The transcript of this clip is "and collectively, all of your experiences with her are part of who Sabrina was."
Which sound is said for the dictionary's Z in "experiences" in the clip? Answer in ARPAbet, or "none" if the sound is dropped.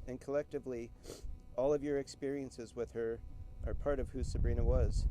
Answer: Z